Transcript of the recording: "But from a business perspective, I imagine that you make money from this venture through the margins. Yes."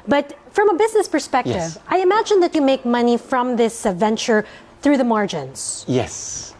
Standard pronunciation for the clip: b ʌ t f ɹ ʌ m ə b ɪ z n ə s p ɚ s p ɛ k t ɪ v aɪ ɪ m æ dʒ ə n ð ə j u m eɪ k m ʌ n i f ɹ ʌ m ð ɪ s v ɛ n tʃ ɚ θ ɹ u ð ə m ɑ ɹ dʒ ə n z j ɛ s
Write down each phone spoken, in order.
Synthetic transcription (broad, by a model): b ʌ t f ɹ ʌ m ə b ɪ z n ə s p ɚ s p ɛ k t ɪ v aɪ ɪ m æ dʒ ə n ð ə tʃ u m eɪ k m ʌ n i f ɹ ʌ m ð ɪ s v ɛ n tʃ ɚ θ ɹ u ð ə m ɑ ɹ dʒ ə n z j ɛ s